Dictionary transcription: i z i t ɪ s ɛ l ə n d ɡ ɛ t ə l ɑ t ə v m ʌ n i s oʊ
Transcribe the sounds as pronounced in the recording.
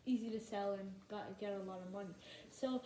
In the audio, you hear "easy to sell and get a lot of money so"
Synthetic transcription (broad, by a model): i z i t ɪ s ɛ l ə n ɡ ɡ ɛ t ə l ɑ t ə v m ʌ n i s oʊ